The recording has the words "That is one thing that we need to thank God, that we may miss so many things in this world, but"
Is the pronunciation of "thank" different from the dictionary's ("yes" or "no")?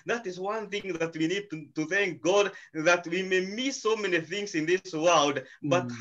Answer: no